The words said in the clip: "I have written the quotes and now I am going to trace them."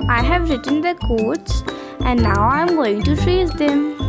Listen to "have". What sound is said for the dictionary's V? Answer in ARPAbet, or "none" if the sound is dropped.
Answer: V